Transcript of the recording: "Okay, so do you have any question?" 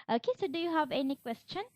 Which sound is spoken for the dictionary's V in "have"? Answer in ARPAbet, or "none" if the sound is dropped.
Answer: V